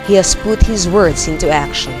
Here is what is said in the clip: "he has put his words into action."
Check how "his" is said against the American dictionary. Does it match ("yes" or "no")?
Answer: yes